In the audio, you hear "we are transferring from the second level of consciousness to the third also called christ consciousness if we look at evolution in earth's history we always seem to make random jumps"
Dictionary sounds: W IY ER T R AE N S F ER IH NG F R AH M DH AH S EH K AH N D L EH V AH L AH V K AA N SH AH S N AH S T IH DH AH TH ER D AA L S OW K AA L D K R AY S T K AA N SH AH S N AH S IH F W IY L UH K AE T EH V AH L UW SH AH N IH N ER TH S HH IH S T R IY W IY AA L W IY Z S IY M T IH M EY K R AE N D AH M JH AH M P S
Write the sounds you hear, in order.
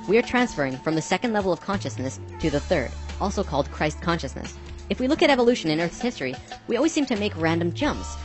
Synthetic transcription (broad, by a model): W IY ER T R AE N S F ER IH NG F R AH M DH AH S EH K AH N D L EH V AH L AH V K AA N SH AH S N AH S T IH DH AH TH ER D AA L S OW K AA L D K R AY S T K AA N SH AH S N AH S IH F W IY L UH K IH T EH V AH L UW SH AH N IH N ER TH S HH IH S T R IY W IY AA L W IY Z S IY M T IH M EY K R AE N D AH M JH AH M P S